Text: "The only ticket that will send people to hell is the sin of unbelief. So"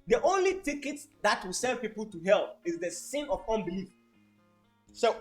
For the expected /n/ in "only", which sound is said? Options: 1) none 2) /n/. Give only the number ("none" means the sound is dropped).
2